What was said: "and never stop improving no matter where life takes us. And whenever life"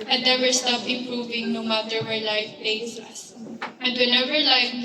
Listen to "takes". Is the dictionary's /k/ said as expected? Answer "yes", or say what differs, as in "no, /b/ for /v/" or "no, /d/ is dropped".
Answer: no, /k/ is dropped